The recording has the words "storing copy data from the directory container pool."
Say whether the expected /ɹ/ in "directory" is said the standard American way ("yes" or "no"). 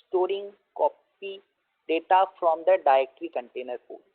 no